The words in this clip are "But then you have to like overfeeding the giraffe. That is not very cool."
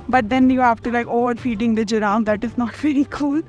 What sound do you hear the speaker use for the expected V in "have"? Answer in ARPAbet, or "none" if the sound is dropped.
F